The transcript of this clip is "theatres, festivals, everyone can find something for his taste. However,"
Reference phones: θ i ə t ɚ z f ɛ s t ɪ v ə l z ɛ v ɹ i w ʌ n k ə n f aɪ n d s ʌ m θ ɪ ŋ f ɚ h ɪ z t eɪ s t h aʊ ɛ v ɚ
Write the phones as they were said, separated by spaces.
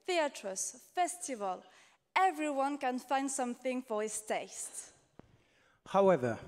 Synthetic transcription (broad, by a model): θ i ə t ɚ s f ɛ s t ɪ v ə l ɛ v ɹ i w ʌ n k ə n f aɪ n d s ʌ m θ ɪ ŋ f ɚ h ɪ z t eɪ s t h aʊ ɛ v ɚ